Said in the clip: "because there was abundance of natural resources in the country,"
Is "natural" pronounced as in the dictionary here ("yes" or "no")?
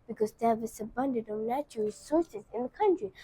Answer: no